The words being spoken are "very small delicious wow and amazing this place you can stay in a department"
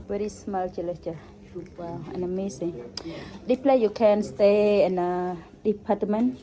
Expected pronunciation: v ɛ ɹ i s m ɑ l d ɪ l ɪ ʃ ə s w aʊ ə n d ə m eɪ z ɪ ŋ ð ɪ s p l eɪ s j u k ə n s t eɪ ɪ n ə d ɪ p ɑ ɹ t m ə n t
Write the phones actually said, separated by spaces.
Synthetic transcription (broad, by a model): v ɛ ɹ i s m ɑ l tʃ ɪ l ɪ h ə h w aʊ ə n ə m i s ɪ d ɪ p l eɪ j u k ə n s t eɪ ɪ n ə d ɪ p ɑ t m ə n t